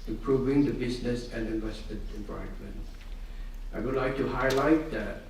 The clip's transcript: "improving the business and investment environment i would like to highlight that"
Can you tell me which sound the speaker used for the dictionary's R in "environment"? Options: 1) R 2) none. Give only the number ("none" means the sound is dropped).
2